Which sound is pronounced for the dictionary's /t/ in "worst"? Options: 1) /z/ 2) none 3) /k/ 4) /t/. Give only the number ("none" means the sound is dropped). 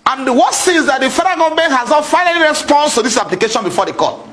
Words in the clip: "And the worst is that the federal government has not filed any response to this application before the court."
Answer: 2